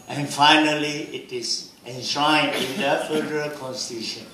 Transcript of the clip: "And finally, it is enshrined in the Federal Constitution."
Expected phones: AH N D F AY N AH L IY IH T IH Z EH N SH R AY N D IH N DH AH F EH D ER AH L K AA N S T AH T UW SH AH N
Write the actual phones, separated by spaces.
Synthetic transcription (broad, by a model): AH N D F AY N AH L IY IH T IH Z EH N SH AY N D IH N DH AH F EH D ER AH L K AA N S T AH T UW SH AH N